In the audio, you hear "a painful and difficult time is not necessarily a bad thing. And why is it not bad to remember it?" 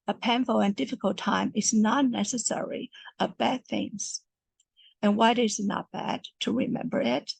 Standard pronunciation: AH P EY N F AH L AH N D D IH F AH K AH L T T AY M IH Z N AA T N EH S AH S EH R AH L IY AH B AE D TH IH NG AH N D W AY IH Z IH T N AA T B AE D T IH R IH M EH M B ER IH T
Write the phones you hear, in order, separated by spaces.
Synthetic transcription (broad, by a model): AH P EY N F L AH N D D IH F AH K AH L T T AY M IH Z N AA N EH S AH S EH R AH IY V B AE D TH IH NG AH N W AY IH Z IH T N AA T B AE D T IH R IH M EH M B ER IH T